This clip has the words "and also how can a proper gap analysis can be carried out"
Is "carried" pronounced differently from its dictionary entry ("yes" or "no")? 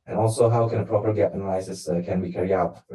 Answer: yes